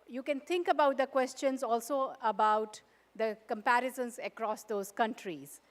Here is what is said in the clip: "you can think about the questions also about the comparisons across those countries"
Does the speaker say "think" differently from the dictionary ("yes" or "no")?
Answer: yes